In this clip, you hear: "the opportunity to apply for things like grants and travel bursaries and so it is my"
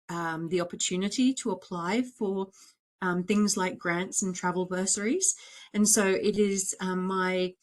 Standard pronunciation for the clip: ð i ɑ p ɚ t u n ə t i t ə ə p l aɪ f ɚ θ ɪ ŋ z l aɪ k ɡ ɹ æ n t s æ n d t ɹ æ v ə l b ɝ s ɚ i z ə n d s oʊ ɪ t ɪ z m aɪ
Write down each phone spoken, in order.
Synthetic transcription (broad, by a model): ð i ɑ p ɚ t u n ə t i t ə ə p l aɪ f ɚ θ ɪ ŋ z l aɪ k ɡ ɹ æ n t s n t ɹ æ v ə l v ɝ s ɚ i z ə n s oʊ ɪ t ɪ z m aɪ